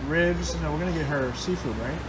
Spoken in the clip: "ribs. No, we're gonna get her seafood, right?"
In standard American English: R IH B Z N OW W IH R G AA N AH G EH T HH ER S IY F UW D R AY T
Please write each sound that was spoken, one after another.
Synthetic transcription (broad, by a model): R IH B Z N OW W IH R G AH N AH G EH T HH ER S IY F UW D R AY T